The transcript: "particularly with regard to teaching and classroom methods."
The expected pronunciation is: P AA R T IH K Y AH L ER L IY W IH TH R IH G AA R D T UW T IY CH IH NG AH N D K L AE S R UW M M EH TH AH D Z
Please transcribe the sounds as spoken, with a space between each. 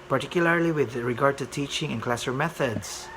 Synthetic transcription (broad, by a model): P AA R T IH K Y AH L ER L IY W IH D R IH G AA R D T UW T IY CH IH NG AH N K L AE S AH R M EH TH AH D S